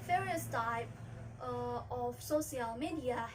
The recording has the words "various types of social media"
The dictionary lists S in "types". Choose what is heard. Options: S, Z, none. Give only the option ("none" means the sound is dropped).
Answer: none